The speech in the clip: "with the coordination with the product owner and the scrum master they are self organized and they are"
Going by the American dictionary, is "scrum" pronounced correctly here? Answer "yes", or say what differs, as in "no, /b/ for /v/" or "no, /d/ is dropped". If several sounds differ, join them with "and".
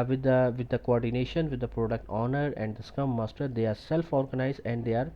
no, /ɹ/ is dropped